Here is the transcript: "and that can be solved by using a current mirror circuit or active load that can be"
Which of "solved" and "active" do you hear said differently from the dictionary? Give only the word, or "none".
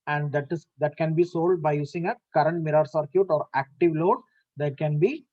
solved